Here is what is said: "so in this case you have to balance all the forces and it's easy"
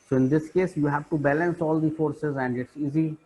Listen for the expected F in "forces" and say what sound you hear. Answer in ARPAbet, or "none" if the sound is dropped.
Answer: F